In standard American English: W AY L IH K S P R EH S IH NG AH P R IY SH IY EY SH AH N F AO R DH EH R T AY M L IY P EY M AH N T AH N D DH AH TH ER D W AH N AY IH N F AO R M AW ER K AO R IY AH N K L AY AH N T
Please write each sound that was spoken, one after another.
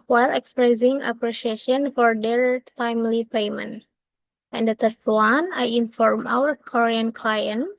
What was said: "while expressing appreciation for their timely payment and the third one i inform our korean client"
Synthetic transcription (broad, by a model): W AY L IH K S P R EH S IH NG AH P R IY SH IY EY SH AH N F AO R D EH R T AY M L IY P EY M AH N T AH N D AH T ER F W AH N AY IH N F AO R M AW ER K AO R IY AH N K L AY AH N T